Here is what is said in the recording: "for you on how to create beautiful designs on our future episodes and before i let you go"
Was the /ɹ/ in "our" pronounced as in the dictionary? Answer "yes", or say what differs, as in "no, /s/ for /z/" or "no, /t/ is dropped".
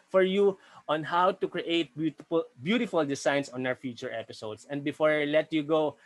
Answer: no, /w/ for /ɹ/